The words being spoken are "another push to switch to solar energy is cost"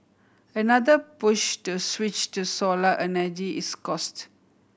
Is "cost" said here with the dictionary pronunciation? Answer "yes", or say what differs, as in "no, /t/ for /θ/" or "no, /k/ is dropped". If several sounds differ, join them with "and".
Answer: yes